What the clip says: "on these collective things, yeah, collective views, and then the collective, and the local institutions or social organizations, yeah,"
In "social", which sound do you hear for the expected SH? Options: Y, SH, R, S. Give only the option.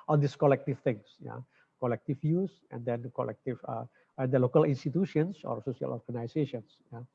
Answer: S